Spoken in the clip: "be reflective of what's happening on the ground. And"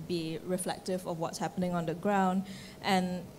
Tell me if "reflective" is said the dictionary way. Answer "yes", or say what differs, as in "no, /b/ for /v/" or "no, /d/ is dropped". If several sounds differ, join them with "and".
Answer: yes